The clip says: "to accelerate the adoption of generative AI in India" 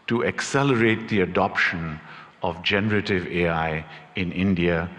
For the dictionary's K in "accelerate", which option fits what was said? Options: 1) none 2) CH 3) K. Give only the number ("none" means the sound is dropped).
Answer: 3